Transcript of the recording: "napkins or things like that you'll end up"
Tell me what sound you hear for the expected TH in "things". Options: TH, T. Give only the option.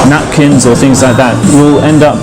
TH